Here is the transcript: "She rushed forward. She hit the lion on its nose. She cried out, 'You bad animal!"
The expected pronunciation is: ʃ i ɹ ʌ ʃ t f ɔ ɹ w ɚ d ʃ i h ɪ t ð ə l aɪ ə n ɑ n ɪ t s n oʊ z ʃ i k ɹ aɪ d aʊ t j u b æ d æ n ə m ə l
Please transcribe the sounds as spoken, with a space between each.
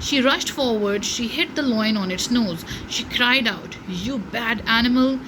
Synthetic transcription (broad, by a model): ʃ i ɹ ʌ ʃ t f ɔ ɹ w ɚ d ʃ i h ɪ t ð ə l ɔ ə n ɑ n ɪ t s n oʊ z ʃ i k ɹ aɪ d aʊ t j u b æ d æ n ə m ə l